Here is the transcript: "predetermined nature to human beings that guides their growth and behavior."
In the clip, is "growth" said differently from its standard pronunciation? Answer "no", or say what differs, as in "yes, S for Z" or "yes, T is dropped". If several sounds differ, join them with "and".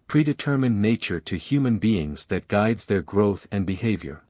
no